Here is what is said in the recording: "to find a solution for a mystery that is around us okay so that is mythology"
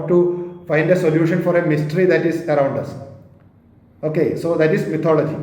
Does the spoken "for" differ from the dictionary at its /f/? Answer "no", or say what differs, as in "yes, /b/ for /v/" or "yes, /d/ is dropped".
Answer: no